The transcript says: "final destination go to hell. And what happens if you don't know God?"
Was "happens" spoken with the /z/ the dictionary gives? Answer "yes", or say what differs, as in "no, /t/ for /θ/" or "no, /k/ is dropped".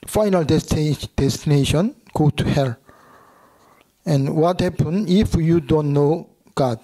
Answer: no, /z/ is dropped